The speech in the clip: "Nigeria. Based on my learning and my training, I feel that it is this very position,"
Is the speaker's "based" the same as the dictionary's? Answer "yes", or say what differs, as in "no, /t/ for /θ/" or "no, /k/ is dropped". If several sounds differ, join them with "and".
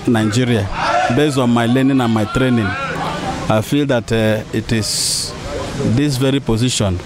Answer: no, /t/ is dropped